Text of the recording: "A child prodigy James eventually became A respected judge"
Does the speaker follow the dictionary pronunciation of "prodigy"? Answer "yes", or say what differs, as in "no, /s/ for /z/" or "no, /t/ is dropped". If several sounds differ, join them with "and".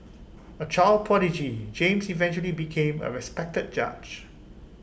no, /ɹ/ is dropped